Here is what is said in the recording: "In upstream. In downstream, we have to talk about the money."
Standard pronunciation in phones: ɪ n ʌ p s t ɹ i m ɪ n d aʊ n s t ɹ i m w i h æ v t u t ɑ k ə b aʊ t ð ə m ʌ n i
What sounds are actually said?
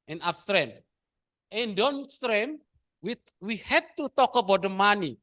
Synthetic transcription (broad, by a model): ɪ n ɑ f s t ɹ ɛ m ɪ n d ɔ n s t ɹ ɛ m w i h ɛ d t u t ɑ k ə b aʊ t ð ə m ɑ n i